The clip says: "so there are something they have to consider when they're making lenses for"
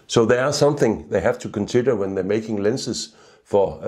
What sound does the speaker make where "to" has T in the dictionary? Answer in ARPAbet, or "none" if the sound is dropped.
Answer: T